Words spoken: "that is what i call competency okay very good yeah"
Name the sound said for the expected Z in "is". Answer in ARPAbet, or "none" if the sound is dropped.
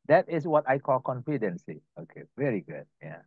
S